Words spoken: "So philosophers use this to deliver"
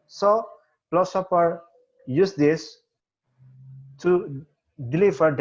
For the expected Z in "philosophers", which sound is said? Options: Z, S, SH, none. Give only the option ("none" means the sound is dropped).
none